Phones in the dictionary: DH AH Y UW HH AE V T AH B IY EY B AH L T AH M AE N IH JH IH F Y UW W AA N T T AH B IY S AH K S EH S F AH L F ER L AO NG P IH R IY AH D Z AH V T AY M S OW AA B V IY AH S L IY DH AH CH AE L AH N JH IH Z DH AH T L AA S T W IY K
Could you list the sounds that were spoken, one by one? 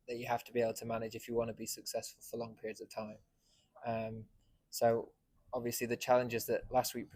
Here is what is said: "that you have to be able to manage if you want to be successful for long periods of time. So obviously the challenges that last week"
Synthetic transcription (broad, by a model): DH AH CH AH HH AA F T AH B IY EY B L T AH M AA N IH JH IH F Y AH W AA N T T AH B IY S AH K S EH S F AH L F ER L AO NG P IH R IY AH D Z AH V T AY M S OW AA B V IY AH S L IY DH AH CH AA L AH N JH IH Z DH AH T L AA S T W IY K